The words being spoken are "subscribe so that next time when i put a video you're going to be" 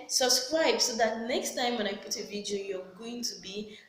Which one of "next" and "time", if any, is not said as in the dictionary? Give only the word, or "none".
none